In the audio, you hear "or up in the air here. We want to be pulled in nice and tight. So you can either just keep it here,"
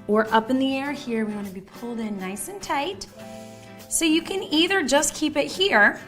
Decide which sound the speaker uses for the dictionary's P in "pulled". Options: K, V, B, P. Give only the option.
P